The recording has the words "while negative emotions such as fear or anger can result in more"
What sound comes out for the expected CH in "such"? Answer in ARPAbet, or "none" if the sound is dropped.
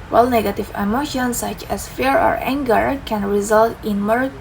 CH